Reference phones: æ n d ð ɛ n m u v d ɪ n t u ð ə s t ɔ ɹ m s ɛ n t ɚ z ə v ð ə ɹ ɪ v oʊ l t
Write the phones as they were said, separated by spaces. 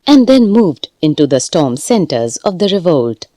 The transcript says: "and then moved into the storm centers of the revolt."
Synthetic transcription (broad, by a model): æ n d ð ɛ n m u v d ɪ n t u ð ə s t ɔ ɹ m s ɛ n t ɚ z ə v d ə ɹ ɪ v oʊ l t